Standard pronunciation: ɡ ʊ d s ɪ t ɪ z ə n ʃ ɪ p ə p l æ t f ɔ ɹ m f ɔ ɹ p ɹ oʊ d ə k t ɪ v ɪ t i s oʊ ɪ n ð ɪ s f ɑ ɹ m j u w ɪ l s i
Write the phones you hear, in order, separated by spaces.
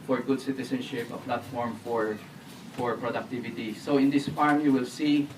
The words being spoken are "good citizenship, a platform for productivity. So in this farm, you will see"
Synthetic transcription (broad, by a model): ɡ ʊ d s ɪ t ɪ s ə n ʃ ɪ p ə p l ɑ t f ɔ ɹ m f ɔ ɹ p ɹ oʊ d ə k t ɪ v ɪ t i s oʊ ɪ n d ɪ s f ɑ ɹ m j u w ɪ l s i